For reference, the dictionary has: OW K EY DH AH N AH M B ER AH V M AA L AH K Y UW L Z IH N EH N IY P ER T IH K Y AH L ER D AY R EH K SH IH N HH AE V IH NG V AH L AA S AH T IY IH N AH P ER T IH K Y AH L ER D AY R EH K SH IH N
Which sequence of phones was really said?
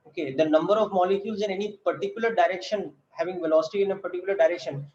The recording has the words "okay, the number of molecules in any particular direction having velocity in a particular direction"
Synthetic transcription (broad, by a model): OW K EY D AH N AH M B ER AH V M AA L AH K Y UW L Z IH N EH N IY P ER T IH K Y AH L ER D AY R EH K SH IH N HH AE V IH NG V AH L AA S AH T IY IH N AH P ER T IH K Y AH L ER D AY R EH K SH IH N